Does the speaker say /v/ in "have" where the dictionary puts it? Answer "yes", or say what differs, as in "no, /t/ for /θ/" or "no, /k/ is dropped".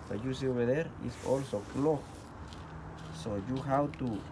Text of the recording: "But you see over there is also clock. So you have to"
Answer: no, /w/ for /v/